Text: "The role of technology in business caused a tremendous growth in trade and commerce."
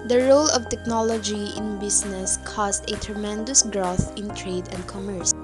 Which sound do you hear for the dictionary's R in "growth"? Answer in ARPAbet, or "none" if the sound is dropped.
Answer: R